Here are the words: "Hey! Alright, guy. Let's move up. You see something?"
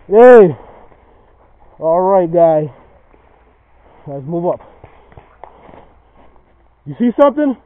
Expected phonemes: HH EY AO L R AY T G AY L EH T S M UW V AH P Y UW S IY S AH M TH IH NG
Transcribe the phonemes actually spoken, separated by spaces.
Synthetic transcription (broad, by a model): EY AO L R AY T G AY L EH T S M UW V AH P Y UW S IY S AH M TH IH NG